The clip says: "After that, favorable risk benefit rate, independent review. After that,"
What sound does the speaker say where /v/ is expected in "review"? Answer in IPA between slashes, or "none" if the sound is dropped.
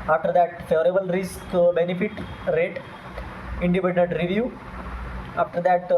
/v/